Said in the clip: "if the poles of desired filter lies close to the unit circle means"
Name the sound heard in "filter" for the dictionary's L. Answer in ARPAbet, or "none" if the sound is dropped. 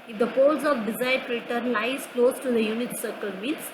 none